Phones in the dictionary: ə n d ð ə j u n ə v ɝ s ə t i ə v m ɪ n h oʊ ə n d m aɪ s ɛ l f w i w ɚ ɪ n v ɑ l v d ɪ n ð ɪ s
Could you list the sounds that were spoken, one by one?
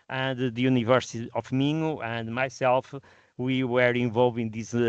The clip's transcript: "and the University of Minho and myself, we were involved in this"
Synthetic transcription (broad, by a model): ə n d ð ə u n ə v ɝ s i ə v m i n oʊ ə n d m aɪ s ɛ l f w i w ɚ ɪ v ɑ l v ɪ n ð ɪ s